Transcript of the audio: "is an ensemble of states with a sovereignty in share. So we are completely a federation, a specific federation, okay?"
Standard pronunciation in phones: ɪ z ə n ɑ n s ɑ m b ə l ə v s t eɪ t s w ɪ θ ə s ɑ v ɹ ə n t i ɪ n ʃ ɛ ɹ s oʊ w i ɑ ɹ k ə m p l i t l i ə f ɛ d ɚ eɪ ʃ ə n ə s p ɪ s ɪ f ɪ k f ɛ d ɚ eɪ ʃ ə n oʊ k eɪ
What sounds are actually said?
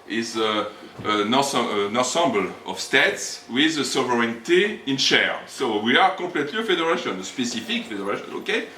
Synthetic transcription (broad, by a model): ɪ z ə n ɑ n s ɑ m b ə l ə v s t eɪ t s w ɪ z ə s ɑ v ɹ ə n t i ɪ n ʃ ɛ ɹ s oʊ w i ɑ ɹ k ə p l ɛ t l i ə f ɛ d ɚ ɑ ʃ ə n ə s p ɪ s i f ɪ k f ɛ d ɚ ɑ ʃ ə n oʊ k eɪ